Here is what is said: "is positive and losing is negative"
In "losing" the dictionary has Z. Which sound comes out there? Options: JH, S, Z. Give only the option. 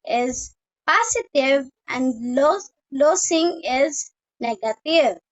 S